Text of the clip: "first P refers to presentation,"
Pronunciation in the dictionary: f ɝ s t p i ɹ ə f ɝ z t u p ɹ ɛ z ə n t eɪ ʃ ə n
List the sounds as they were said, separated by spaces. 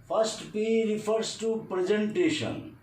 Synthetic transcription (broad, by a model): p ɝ s t p i ɹ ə p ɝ s t u p ɹ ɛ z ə n t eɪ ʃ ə n